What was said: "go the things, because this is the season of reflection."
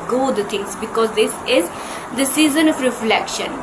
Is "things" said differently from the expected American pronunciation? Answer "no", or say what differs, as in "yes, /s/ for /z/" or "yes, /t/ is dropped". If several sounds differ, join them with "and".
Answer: yes, /t/ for /θ/